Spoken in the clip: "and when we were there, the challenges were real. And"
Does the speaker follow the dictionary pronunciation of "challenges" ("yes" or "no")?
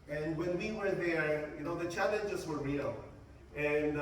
yes